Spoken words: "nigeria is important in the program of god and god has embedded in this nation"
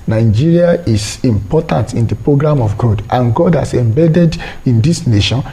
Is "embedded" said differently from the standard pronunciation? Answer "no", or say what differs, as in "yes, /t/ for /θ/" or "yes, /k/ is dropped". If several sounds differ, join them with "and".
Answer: no